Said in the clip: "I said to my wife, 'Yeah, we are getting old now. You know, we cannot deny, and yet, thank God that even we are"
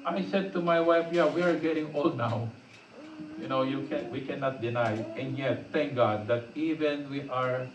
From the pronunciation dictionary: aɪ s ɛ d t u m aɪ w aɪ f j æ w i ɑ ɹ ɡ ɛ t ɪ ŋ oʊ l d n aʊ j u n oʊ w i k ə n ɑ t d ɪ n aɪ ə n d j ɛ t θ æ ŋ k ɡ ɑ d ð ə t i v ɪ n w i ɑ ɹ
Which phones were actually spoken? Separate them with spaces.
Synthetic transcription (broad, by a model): aɪ s ɛ d t u m aɪ w aɪ f j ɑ w i ɑ ɹ ɡ ɛ t ɪ ŋ oʊ l d n aʊ j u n oʊ w i k ə n ɑ t d ɪ n aɪ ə n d j ɛ t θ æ ŋ k ɡ ɑ d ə t i v ɪ n w i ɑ ɹ